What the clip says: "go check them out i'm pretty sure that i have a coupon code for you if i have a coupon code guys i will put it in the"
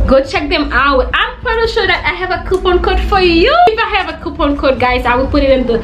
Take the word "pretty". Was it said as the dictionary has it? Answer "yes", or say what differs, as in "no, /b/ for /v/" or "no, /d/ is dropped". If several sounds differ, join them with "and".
no, /ɹ/ is dropped